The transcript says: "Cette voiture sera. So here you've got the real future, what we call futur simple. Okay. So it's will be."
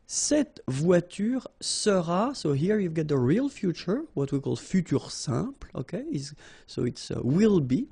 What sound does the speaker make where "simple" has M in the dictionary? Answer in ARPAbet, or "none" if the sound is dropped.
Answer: none